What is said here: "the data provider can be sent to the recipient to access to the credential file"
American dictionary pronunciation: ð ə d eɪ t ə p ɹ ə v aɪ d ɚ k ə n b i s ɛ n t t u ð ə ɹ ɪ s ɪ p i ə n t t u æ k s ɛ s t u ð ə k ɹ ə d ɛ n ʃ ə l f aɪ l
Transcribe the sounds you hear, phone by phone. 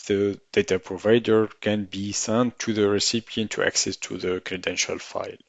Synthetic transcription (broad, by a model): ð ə d eɪ t ə p ɹ ə v aɪ d ɚ k ə n b i s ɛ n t t u ð ə ɹ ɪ s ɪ p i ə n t t u æ k s ɛ s t u ð ə k ɹ ə d ɛ n ʃ ə l f aɪ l